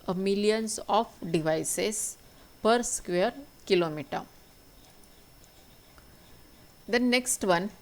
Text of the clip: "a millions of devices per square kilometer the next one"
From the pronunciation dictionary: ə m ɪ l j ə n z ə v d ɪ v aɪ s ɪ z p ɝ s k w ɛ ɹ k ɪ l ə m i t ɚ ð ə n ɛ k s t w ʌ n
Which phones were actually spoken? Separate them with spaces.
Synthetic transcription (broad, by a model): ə m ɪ l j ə n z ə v d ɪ v aɪ s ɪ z p ɝ s k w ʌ ɹ k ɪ l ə m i t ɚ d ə n ɛ k s t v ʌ n